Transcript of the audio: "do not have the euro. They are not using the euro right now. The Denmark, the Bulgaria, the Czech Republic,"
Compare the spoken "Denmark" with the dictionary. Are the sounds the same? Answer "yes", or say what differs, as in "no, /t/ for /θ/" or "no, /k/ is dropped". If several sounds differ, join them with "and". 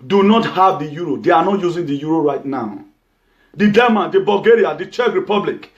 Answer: no, /n/ is dropped